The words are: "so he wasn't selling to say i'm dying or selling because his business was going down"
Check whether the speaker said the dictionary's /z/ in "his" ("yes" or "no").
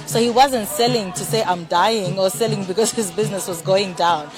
yes